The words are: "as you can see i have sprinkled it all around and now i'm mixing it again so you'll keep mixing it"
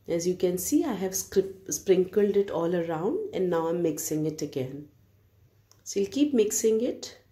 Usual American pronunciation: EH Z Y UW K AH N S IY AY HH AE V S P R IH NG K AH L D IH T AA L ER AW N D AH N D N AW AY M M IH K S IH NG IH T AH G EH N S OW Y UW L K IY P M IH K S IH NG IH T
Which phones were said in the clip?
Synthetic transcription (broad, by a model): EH Z Y UW K AH N S IY AY HH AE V S P R IH NG K AH L D IH T AA L ER AW N D AH N D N AW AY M M IH K S IH NG IH T AH G EH N S OW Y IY L K IY P M IH K S IH NG IH T